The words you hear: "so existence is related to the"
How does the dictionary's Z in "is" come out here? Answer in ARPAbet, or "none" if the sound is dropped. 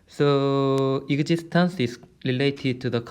S